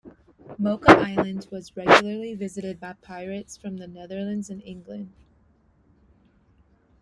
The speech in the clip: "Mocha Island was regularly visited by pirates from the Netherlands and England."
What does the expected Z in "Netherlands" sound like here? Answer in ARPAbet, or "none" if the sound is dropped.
Z